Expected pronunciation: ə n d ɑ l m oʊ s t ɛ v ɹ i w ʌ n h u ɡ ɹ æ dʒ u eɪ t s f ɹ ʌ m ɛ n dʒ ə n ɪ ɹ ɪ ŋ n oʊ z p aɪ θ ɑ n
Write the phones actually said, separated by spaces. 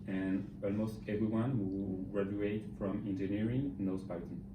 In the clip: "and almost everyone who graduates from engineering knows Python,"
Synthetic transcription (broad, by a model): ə n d ɑ l m oʊ s t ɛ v ɹ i w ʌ n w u ɡ ɹ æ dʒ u eɪ t f ɹ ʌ m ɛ n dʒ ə n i ɹ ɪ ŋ n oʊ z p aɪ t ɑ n